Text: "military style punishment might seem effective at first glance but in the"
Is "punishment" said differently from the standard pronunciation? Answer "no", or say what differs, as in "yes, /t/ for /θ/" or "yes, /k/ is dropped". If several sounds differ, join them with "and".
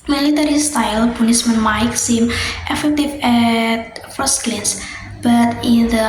yes, /s/ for /ʃ/